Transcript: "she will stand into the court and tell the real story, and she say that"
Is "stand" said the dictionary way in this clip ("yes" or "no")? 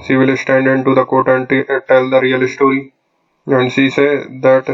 yes